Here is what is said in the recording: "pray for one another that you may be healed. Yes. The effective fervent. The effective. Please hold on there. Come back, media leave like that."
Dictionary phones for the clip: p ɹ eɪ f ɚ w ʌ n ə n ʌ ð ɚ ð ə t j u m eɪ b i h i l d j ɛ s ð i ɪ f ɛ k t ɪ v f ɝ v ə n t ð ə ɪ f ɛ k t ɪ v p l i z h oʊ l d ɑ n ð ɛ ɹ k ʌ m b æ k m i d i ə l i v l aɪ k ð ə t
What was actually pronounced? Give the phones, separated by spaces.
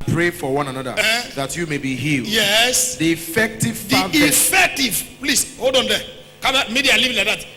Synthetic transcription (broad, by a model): p ɹ eɪ f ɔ w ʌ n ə n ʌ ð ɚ ð ə t j u m eɪ b i h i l j ɛ s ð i f ɛ k t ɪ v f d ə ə ɪ f ɛ k t ɪ v p l i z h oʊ d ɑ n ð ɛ k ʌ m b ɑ m i d i ə l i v l aɪ k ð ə t